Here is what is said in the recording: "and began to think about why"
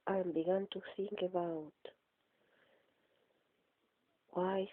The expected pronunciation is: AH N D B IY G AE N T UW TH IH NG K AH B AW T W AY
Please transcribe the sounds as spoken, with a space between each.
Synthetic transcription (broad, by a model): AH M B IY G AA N T UW S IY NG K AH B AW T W AY